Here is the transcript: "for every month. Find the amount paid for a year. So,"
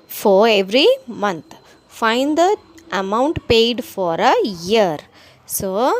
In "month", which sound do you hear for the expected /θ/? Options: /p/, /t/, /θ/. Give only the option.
/t/